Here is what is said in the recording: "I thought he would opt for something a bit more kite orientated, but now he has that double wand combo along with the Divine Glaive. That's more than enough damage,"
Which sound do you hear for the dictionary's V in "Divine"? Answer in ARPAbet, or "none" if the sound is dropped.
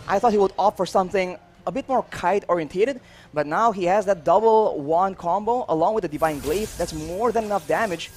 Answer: V